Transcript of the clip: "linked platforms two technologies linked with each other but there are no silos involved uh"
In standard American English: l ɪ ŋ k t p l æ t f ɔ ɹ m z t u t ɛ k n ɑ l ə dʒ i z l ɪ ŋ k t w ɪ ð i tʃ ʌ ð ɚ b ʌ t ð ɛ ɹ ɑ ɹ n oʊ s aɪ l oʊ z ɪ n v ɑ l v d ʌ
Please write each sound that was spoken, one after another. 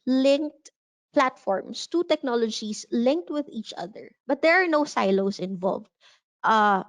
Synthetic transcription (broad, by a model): l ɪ ŋ k t p l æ t f ɔ ɹ m s t u t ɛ k n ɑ l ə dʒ i s l ɪ ŋ k t w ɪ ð i tʃ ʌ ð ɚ b ʌ t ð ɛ ɹ ɑ ɹ n oʊ s aɪ l oʊ s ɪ n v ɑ l v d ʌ